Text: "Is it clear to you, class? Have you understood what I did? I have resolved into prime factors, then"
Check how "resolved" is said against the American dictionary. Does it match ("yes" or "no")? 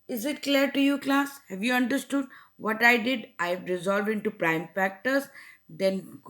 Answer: yes